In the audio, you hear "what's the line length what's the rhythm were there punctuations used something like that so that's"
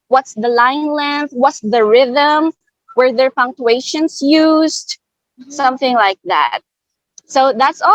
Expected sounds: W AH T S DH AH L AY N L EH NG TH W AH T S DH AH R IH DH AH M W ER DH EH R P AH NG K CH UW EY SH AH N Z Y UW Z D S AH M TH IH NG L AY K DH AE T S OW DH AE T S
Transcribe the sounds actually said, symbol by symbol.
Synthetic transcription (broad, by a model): W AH T S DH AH L AY N L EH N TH W AH T S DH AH R IH DH AH M W ER DH EH R P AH NG K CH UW EY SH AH N S Y UW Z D S AH M TH IH NG L AY K DH AE T S OW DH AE T S